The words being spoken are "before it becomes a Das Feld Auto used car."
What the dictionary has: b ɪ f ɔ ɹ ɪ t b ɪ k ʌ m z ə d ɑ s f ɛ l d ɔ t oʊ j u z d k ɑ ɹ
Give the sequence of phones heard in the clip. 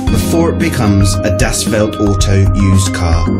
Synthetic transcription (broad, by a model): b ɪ f ɔ ɹ ɪ t b ɪ k ʌ m z ə d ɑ s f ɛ l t ɔ t oʊ j u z k ɑ